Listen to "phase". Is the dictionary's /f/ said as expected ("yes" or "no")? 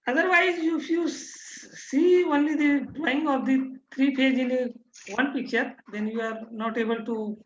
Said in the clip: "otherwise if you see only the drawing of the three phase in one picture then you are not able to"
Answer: no